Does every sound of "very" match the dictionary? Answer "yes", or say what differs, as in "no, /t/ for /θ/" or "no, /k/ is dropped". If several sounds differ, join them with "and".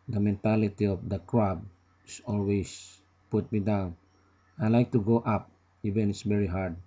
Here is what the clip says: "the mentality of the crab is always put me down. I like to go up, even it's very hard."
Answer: no, /b/ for /v/